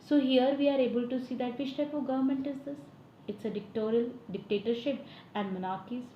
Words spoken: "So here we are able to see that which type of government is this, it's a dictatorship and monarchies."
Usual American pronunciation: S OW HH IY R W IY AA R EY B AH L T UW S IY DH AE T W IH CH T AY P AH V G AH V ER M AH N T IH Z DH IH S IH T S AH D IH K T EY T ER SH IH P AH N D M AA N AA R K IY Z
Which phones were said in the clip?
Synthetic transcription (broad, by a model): S OW HH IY R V IY AA R EY B AH L T UW S IY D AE T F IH SH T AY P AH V G AH V ER M AH N T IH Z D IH S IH T S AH D IH K T EY T ER SH IH P AH N D M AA N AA R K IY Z